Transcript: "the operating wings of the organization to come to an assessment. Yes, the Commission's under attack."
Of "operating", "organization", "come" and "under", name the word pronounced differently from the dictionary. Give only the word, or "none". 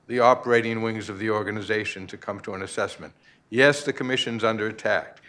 none